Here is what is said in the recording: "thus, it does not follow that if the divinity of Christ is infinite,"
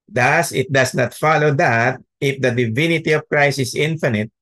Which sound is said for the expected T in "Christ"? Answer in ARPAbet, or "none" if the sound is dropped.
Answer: none